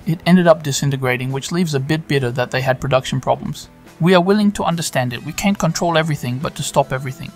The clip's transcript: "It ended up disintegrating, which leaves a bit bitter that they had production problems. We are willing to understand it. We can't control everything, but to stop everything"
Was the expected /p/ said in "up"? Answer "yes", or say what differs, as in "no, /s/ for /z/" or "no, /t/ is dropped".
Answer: yes